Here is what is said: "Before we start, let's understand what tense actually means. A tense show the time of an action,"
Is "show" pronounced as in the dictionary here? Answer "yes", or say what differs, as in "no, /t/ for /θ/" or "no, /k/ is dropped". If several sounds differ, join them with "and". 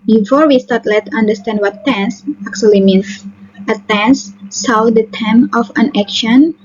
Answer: no, /s/ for /ʃ/